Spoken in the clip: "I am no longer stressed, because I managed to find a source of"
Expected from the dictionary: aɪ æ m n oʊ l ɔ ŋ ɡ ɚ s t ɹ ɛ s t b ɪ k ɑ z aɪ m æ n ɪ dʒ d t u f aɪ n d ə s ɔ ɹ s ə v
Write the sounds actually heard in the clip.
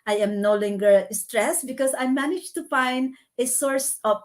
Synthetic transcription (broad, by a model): aɪ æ m n oʊ l ɔ ŋ ɡ ɚ s t ɹ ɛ s b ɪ k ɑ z aɪ m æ n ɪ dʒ t u f aɪ n d ə s ɔ ɹ s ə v